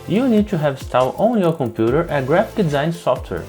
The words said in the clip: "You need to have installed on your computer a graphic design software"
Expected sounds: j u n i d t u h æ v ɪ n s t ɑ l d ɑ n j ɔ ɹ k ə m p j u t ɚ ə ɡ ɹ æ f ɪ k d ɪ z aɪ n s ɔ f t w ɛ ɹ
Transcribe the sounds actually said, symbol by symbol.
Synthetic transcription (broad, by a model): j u n i d t u h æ v s t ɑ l ɑ n j ɔ ɹ k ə m p j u t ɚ ə ɡ ɹ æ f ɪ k d ɪ z aɪ n s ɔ f t w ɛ ɹ